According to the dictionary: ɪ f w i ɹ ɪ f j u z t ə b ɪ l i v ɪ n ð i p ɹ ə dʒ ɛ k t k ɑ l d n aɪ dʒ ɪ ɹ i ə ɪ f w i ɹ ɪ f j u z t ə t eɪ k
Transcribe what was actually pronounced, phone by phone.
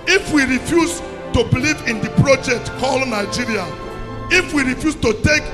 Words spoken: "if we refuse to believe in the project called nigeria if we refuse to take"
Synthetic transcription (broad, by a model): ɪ f w i ɹ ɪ f j u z t ə b ɪ l i v ɪ n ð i p ɹ ə dʒ ɛ k t k ɑ l d n aɪ dʒ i ɹ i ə ɪ f w i ɹ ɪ f j u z t ə t eɪ k